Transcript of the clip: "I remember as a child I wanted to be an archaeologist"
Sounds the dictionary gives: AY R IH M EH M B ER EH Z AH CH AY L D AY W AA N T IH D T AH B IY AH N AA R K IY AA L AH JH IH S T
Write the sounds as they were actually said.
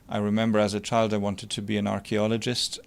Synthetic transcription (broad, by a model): AY R IH M EH M B ER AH Z AH CH AY L D AY W AA N T IH D T AH B IY AH N AA R K IY AA L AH JH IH S T